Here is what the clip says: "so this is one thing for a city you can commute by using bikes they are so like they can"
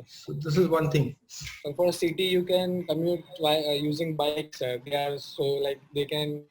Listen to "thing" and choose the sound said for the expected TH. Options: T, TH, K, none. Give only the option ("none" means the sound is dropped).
T